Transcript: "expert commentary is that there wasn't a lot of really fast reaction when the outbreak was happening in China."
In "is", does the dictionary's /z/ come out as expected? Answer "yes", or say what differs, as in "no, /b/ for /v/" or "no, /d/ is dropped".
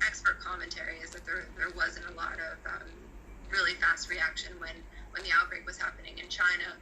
yes